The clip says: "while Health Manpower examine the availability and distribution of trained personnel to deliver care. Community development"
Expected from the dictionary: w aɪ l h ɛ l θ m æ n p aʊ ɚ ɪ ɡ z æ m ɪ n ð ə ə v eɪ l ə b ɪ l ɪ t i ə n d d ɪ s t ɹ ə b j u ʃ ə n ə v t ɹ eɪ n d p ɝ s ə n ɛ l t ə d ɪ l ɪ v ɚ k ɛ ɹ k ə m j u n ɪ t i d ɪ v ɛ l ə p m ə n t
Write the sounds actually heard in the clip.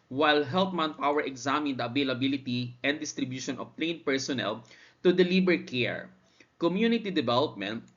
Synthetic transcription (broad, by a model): w aɪ l h ɛ l t m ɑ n p aʊ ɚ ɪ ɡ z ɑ m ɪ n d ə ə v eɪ l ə b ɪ l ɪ t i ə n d d ɪ s t ɹ ə b j u ʃ ə n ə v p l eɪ n p ɝ s ə n ɛ l t ə d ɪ l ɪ b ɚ k ɛ ɹ k ə m j u n ɪ t i d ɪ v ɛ l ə p m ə n t